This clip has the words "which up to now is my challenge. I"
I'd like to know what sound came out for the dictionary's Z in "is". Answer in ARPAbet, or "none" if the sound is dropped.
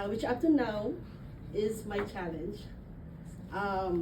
Z